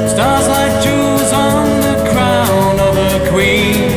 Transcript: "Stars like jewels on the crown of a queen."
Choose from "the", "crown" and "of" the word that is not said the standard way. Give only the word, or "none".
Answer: none